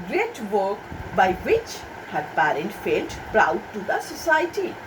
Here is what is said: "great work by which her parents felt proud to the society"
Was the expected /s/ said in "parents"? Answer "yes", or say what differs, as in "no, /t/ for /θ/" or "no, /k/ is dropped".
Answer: no, /s/ is dropped